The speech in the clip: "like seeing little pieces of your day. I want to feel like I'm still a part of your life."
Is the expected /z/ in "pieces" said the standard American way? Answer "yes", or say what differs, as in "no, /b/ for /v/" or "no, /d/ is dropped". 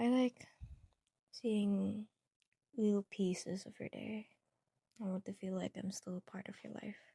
yes